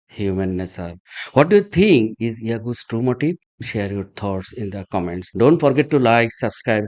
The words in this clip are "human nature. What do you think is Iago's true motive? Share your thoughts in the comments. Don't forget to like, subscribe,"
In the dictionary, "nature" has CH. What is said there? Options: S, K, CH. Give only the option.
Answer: S